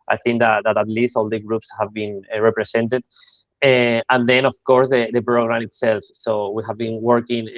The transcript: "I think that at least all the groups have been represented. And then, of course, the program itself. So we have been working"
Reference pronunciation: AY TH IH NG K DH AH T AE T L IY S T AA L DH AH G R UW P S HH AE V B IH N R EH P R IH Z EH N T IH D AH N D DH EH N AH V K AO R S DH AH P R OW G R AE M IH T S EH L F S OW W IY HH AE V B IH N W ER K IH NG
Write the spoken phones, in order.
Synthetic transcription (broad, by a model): AY TH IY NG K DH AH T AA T L IY S T AA L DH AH G R UW P S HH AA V B IH N R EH P R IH S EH N T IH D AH N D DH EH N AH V K AO R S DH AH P R OW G R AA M IH T S EH L F S OW W IY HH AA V B IH N W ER K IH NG